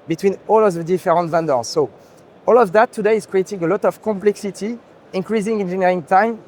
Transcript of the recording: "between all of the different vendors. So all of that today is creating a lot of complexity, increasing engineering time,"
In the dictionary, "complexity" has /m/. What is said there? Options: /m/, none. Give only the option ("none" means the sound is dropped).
/m/